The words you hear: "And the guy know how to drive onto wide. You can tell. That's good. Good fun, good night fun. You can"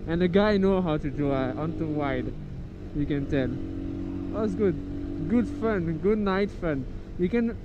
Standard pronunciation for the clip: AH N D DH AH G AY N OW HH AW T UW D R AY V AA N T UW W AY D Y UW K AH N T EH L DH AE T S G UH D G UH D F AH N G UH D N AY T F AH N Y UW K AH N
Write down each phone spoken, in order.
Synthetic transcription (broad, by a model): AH N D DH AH G AY N OW HH AW T UW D UW AA N T UW W AY D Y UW K AH N T EH L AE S G UH D G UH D F AH N G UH D N AY T F AH N Y UW K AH N